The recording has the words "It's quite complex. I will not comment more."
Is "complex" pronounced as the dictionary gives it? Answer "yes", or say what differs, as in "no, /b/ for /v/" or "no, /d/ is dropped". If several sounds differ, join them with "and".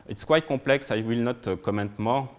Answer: no, /m/ is dropped